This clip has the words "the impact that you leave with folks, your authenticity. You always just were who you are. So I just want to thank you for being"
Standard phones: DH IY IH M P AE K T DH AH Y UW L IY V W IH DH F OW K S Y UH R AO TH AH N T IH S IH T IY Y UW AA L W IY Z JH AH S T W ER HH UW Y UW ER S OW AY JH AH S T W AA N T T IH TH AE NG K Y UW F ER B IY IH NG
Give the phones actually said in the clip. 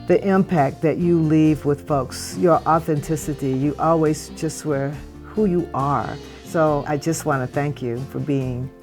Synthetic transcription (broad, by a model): DH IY IH M P AE K T DH AH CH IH L IY V W IH DH F OW K S Y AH R AO TH AH N T IH S IH T IY Y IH AA L W IY Z JH AH S T W ER HH UW Y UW ER S OW AY JH AH S T W AA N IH TH AE NG K Y UW F ER B IY IH NG